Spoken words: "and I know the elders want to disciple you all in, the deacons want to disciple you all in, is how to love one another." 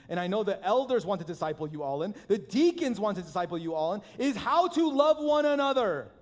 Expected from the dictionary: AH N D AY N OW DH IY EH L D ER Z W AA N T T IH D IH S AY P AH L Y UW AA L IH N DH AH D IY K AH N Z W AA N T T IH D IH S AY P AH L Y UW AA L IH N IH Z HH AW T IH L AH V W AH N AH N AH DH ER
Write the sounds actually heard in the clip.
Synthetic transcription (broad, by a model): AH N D AY N OW DH IY EH L D ER Z W AA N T T IH D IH S AY P L Y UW AA L IH N DH AH D IY K AH N Z W AA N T T IH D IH S AY P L Y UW AA L IH N IH Z HH AW T IH L AH V W AH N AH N AH DH ER